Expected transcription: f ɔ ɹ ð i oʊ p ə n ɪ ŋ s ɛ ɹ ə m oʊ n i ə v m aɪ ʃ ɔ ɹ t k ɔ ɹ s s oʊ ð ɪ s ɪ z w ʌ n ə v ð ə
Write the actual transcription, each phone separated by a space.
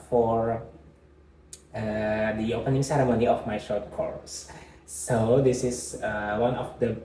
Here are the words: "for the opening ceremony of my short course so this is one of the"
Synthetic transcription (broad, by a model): f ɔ ɹ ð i oʊ p ə n ɪ ŋ s ɛ ɹ ə m oʊ n i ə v m aɪ ʃ ɔ ɹ t k ɔ ɹ s s oʊ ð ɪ s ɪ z w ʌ n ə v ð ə